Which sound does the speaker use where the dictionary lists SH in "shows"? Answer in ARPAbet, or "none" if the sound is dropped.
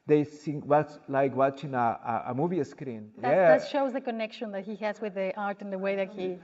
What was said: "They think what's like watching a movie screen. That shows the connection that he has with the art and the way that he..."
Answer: SH